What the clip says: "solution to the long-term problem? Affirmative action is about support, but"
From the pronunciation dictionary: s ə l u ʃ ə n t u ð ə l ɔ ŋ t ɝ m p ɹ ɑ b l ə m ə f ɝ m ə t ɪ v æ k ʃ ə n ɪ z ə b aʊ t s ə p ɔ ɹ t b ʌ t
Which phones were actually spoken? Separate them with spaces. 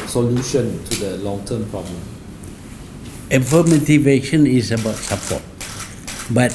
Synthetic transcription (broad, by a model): s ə l u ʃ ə n t u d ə l ɔ ŋ t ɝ m p ɹ ɑ b l ə m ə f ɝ m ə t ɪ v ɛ ʃ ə n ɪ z ə b aʊ t s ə p ɔ t b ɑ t